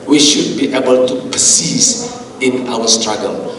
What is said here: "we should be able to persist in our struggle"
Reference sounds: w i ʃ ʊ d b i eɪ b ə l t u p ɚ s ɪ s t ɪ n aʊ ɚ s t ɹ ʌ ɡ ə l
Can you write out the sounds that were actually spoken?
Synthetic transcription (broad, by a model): w i ʃ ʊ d b i eɪ b ə l t u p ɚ s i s ɪ n aʊ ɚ s t ɹ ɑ ɡ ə l